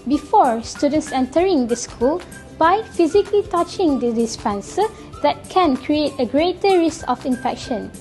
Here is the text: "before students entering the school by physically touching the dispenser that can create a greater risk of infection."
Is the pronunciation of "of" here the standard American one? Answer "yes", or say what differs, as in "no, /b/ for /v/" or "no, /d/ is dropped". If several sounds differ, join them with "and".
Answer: no, /f/ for /v/